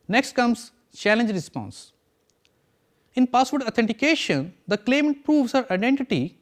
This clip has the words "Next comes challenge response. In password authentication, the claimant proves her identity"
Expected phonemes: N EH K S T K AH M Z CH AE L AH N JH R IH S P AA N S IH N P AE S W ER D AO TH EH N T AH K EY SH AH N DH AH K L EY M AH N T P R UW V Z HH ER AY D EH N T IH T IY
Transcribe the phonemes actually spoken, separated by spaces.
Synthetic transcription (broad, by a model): N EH K S T K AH M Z CH AE L AH N JH R IH S P AA N S IH N P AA S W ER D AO T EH N T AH K EY SH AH N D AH K L EY M AH N T P R UW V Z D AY D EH N T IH T IY